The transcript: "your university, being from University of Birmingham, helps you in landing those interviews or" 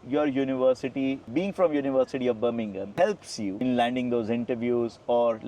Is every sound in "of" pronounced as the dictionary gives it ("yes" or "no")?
yes